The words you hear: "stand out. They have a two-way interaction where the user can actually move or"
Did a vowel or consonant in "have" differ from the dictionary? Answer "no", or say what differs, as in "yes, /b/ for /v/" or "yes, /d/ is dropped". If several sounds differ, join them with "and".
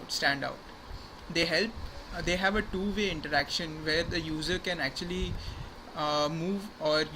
no